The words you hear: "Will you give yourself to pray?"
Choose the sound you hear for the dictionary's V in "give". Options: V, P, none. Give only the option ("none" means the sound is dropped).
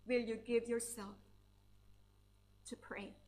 V